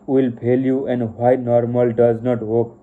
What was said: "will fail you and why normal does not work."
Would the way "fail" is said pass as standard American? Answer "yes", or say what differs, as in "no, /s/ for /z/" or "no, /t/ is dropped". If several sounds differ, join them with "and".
no, /p/ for /f/